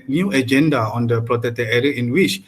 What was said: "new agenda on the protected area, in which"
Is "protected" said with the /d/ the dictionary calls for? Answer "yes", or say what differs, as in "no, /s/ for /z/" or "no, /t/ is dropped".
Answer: no, /d/ is dropped